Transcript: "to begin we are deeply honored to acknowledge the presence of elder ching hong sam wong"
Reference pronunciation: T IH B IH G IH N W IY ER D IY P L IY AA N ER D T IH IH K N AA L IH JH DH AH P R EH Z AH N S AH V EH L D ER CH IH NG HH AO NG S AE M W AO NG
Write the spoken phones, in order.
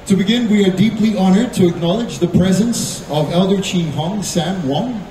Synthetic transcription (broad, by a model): T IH B IH G IH N W IY ER D IY P L IY AA N ER D T IH IH K N AA L IH JH DH AH P R EH Z AH N S AH V EH L D ER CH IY HH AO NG S AE M W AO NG